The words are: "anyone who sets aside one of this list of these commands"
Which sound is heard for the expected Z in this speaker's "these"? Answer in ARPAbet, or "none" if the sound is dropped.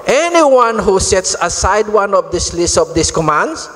S